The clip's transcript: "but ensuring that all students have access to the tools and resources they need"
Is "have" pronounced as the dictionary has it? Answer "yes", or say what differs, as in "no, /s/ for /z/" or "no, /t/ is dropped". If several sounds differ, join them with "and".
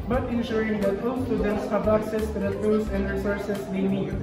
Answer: no, /b/ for /v/